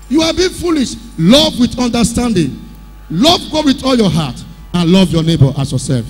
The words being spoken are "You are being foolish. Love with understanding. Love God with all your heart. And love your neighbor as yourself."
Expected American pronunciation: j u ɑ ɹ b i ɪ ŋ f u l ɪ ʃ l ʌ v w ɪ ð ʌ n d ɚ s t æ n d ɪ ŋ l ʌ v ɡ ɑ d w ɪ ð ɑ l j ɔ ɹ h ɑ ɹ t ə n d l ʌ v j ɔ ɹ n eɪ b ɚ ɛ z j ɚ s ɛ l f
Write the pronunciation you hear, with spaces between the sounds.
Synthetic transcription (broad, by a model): j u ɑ l b i f u l ɪ ʃ l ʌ v w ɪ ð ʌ n d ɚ s t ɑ n d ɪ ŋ l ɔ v ɡ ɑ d w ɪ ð ɑ l j ɔ h ɑ t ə n l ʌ v j ɔ n eɪ b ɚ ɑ s j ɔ s ɛ l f